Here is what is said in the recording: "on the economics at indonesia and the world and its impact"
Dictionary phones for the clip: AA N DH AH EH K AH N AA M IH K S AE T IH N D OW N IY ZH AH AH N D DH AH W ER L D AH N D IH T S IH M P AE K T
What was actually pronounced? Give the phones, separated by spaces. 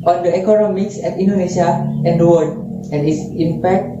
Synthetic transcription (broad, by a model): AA N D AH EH K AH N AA M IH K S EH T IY N D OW N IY SH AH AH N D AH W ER D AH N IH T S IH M P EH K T